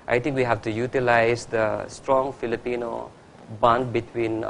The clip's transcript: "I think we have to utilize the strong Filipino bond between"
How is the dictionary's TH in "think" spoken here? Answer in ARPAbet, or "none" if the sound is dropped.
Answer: T